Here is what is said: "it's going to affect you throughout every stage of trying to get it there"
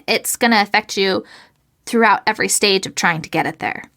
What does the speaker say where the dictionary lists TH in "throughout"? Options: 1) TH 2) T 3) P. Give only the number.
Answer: 1